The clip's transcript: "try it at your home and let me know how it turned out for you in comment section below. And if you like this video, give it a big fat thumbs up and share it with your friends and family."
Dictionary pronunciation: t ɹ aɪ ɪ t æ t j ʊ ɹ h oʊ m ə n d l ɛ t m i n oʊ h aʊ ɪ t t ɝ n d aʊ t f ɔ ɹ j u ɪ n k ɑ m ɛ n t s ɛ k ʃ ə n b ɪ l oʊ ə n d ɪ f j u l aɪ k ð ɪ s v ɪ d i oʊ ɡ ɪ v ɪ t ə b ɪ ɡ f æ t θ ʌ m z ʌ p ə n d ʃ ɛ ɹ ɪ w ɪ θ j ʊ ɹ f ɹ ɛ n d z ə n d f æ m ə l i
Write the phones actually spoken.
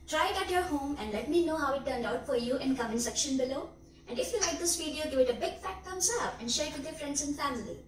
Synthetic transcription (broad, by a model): t ɹ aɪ ɪ t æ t j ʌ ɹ h oʊ m ə n d l ɛ t m i n oʊ h aʊ ɪ t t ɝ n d aʊ t f ɔ ɹ j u ɪ n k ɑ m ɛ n s ɛ k ʃ ə n b ɪ l oʊ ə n d ɪ f j u l aɪ k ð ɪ s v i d i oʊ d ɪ ɪ t ə b ɪ ɡ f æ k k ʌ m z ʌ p ə n d ʃ ɛ ɹ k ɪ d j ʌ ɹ f ɹ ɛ n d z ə n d f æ m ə l i